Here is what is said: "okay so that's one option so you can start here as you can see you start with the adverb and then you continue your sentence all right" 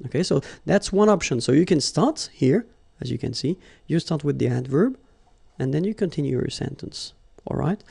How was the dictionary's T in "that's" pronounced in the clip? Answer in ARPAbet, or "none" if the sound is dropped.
T